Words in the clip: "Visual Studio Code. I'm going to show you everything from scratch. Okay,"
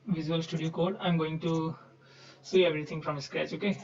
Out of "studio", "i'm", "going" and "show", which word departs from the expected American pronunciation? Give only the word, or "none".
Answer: show